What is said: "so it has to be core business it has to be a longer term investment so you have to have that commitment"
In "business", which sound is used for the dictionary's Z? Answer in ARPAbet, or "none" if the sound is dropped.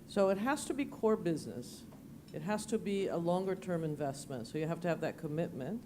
Z